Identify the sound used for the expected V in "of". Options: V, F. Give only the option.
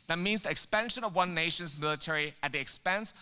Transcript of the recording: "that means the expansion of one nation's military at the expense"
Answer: V